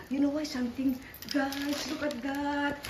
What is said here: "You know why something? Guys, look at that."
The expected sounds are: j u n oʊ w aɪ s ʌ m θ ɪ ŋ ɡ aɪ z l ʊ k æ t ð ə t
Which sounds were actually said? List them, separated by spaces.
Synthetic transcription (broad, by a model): j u n oʊ w aɪ s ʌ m t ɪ ŋ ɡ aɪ s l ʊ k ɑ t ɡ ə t